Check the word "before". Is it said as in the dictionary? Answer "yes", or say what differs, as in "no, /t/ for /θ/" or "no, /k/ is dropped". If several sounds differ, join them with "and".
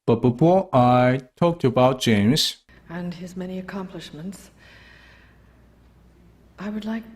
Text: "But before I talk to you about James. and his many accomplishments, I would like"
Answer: no, /p/ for /f/